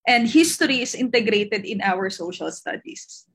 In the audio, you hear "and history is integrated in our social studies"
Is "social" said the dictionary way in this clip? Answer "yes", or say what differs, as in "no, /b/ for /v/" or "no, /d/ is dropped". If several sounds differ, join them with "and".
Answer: yes